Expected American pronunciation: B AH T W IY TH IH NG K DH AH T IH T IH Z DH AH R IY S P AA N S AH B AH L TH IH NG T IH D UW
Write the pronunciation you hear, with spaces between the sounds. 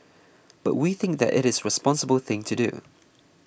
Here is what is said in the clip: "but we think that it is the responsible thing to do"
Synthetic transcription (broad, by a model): B AH T W IY TH IH NG K DH AH T IH T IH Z R IY S P AA N S AH B AH L TH IH NG T IH D UW